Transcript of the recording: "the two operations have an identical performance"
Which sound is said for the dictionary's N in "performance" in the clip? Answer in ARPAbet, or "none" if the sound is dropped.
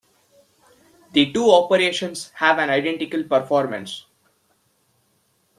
N